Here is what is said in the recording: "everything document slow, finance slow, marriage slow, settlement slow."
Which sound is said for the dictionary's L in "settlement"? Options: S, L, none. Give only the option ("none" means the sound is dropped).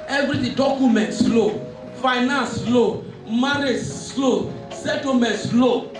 none